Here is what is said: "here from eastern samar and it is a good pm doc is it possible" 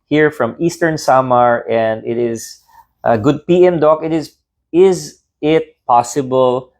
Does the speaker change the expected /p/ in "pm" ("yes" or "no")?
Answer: no